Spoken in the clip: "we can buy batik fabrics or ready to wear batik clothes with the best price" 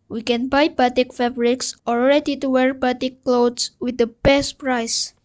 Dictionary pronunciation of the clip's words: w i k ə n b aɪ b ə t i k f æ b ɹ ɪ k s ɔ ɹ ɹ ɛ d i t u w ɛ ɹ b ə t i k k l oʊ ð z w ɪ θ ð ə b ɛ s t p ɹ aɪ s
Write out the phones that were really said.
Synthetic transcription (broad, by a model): w i k ə n b aɪ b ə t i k f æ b ɹ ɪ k s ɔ l ɹ ɛ d i t u w ɛ ɹ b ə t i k k l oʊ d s w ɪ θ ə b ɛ s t p ɹ aɪ s